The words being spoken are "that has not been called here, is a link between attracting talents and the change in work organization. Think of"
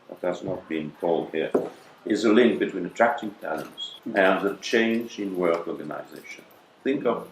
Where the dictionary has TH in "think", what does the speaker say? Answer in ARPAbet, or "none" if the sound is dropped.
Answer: TH